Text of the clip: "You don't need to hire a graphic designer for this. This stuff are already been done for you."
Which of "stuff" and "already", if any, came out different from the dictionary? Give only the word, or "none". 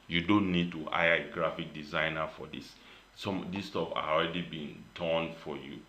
stuff